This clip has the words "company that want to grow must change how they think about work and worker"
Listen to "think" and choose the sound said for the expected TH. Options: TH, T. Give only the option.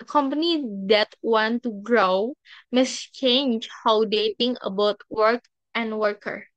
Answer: T